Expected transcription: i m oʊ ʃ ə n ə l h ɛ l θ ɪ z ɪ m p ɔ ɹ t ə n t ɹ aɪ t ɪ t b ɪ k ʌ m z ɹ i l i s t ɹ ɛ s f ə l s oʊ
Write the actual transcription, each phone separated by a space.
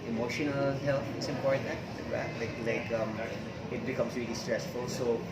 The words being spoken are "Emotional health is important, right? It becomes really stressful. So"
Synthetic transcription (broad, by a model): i m oʊ ʃ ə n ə l h ɛ l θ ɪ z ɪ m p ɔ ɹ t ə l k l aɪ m ɪ t b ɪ k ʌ m s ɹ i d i s t ɹ ɛ s f ə l s oʊ